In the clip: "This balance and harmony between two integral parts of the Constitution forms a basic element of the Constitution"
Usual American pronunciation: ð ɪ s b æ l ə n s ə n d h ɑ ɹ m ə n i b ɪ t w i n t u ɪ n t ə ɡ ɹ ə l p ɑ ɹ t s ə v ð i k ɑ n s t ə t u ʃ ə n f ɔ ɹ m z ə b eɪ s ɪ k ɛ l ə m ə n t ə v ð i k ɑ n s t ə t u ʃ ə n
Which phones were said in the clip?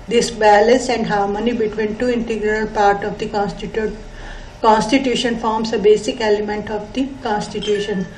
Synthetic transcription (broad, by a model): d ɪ s b æ l ə n s ə n d h ɑ ɹ m ə n i b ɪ t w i n t u ɪ n t ə ɡ ɹ ə l p ɑ ɹ t ə v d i k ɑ n s t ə t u ʃ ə n f ɔ ɹ m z ə b eɪ s ɪ k ɛ l ə m ə n t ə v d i k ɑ n s t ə t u ʃ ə n